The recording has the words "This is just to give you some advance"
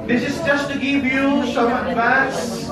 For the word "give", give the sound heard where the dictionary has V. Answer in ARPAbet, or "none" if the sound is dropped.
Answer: V